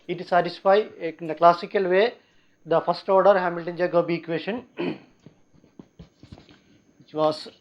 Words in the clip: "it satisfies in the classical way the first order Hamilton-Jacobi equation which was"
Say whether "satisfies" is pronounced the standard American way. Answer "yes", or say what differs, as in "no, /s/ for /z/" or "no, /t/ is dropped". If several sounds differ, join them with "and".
no, /z/ is dropped